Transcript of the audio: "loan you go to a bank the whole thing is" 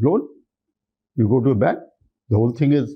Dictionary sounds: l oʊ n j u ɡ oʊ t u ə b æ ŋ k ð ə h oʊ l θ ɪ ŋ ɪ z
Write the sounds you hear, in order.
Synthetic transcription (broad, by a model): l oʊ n j u ɡ oʊ t u ə b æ k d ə h oʊ l t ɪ ŋ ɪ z